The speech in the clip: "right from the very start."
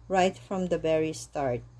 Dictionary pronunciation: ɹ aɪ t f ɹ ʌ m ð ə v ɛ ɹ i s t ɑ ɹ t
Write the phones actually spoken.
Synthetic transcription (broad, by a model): ɹ aɪ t f ɹ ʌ m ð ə b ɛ ɹ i s t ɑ ɹ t